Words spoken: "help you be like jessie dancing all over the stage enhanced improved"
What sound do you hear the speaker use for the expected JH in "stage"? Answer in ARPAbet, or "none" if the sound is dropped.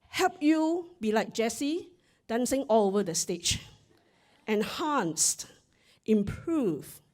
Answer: CH